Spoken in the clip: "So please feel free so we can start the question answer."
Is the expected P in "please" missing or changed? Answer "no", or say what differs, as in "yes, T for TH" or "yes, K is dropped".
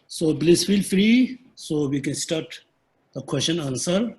yes, B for P